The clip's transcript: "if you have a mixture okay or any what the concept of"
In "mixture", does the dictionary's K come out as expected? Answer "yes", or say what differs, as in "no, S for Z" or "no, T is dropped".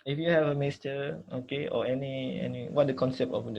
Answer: no, K is dropped